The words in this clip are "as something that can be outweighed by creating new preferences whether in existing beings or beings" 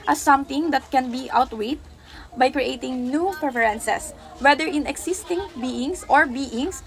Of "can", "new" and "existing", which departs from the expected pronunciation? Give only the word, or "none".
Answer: existing